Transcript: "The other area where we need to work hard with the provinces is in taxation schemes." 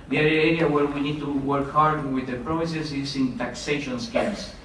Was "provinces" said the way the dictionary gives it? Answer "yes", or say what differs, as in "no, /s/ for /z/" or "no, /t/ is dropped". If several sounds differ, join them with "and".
no, /n/ is dropped